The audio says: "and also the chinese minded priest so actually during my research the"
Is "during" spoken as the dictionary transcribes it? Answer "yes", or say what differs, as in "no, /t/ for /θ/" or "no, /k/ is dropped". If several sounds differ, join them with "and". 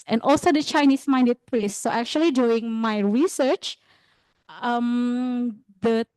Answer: no, /ɹ/ is dropped